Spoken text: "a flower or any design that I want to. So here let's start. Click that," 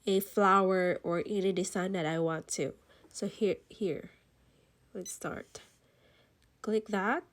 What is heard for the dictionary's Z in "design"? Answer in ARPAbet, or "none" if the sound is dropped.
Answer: S